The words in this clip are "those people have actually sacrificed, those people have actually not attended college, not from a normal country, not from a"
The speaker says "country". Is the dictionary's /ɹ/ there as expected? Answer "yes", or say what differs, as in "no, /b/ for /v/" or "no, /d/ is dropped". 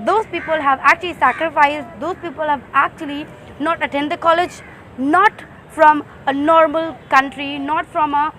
yes